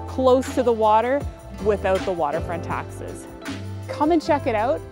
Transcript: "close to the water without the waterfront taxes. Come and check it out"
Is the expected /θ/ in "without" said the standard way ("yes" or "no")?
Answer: yes